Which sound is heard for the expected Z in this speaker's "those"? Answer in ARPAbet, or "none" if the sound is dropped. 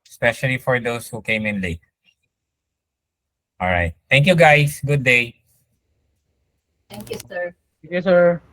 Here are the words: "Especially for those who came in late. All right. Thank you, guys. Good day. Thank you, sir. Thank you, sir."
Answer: S